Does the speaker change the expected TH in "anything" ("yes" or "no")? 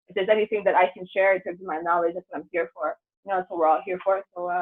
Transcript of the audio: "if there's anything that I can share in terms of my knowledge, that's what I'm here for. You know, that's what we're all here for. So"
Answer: no